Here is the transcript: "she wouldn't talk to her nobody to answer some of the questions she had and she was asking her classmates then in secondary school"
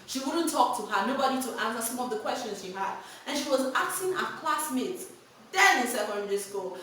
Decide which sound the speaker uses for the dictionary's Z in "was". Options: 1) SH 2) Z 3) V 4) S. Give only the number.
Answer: 2